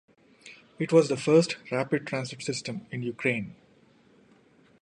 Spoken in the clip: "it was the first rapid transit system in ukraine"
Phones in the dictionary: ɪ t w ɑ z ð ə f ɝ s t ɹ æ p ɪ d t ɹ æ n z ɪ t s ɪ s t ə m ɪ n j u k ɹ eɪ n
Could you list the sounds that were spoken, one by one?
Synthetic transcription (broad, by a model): ɪ t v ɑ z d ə f ɝ s t ɹ æ p ɪ d t ɹ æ n s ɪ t s ɪ s t ə m ɪ n j u k ɹ eɪ n